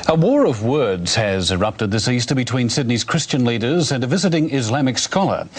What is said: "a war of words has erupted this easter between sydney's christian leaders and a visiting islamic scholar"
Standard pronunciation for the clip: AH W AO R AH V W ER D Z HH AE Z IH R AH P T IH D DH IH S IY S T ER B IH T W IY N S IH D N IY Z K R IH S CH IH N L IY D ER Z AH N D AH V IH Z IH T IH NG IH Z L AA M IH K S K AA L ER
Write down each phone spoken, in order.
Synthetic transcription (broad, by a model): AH W AO R AH V W ER D Z HH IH Z IH R AH P T IH D DH IH S IY S T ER B IH T W IY N S IH D N IY Z K R IH S CH IH N L IY D ER Z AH N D AH V IH Z IH T IH NG IH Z L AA M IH K S K AA L ER